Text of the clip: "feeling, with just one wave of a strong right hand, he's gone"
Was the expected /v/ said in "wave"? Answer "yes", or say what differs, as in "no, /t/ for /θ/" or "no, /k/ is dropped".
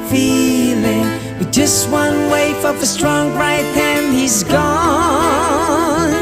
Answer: no, /f/ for /v/